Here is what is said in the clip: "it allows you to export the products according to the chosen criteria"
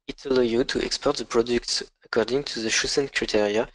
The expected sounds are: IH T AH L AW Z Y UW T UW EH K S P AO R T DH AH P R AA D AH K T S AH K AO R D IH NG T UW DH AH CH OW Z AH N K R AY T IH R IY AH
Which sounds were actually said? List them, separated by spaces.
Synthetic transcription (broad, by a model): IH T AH L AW Y UW T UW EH K S P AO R T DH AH P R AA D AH K T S AH K AO R D IH NG T UW DH AH SH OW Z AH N K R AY T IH R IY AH